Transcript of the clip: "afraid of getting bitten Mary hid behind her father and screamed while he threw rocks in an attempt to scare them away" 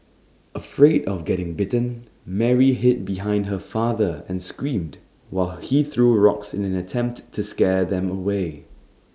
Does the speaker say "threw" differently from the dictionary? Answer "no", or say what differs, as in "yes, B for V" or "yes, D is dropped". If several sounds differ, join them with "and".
no